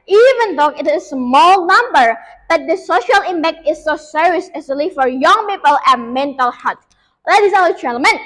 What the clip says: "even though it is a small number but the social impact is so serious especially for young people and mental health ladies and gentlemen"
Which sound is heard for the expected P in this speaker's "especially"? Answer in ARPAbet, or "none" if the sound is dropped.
none